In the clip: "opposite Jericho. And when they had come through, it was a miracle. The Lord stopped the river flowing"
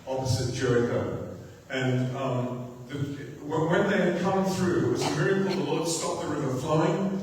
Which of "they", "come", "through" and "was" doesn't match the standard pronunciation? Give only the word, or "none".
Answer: none